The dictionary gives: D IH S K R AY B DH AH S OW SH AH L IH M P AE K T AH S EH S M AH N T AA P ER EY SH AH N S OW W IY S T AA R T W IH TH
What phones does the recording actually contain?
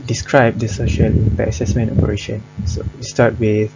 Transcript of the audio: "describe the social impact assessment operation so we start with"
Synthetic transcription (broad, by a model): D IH S K R AY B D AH S OW SH AH L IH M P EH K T AH S EH S M AH N T AA P ER EY SH AH N S OW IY S T AA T W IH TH